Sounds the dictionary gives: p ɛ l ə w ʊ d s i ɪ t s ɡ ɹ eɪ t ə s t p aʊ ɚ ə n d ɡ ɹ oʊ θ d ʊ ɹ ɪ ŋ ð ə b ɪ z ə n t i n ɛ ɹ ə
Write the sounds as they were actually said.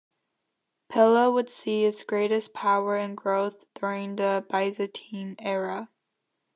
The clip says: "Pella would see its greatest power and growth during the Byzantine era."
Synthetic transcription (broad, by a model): p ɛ l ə w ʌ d s i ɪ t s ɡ ɹ eɪ t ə s p aʊ ɚ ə n ɡ ɹ oʊ θ d ʊ ɹ ɪ ŋ ð ə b ɪ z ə t i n ɛ ɹ ə